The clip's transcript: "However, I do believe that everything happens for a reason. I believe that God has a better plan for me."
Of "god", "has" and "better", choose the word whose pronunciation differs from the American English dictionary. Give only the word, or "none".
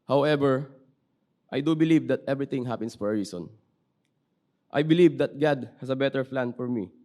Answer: has